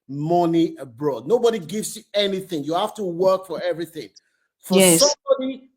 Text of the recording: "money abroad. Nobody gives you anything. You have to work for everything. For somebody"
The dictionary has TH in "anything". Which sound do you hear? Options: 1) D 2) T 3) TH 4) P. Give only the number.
3